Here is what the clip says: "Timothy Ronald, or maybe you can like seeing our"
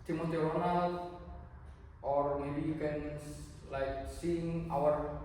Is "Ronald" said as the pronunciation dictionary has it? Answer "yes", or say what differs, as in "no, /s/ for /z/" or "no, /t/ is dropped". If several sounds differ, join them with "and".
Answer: no, /w/ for /ɹ/